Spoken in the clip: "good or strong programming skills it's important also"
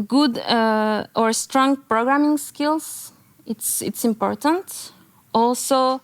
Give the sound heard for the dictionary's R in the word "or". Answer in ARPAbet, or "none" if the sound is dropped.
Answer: R